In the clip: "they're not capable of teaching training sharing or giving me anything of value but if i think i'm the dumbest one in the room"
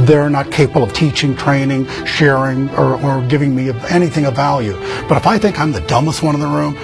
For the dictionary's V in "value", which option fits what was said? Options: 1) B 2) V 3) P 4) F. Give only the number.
2